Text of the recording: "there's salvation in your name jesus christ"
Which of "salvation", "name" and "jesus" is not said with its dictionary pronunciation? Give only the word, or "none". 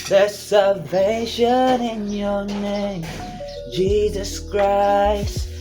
none